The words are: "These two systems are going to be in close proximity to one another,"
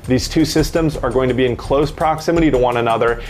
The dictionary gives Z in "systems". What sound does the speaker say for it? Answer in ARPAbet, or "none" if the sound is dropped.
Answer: Z